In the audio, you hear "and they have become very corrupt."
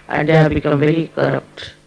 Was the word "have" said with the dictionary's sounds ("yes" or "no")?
no